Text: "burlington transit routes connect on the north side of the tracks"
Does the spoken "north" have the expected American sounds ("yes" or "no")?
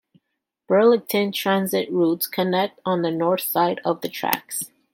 yes